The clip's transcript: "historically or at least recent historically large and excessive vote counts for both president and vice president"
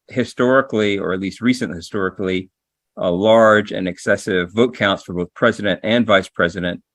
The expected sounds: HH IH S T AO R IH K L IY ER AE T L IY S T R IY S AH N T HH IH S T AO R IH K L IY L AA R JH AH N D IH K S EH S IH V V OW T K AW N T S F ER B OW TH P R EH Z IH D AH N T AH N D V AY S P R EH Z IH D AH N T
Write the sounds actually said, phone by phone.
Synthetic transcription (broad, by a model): HH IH S T AO R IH K L IY ER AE T L IY S T R IY S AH N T HH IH S T AO R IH K L IY L AA R JH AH N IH K S EH S IH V V OW T K AW N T S F ER B OW TH P R EH Z IH D AH N T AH N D V AY S P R EH Z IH D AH N T